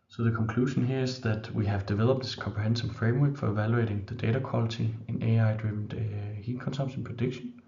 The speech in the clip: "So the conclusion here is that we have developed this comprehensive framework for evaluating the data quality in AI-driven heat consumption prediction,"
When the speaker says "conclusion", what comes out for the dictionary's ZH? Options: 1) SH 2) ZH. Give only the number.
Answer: 1